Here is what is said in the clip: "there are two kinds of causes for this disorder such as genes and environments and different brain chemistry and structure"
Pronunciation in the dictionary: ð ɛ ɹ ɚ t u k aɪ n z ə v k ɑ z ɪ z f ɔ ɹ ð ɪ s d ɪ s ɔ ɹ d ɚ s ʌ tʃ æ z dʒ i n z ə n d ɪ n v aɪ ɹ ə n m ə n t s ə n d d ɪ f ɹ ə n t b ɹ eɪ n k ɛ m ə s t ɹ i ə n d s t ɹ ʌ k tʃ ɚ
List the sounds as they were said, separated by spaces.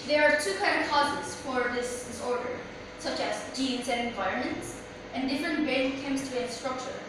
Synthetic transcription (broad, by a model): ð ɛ ɹ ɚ t u k aɪ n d ə v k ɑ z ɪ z f ɔ ɹ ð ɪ s d ɪ s ɔ ɹ d ɚ s ʌ tʃ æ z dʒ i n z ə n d ɪ n v aɪ ɹ ə n m ə n t s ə n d d ɪ f ɹ ə n t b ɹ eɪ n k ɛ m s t i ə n s t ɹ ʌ k tʃ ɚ